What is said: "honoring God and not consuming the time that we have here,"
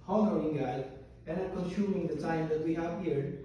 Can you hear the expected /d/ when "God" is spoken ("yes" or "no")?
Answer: no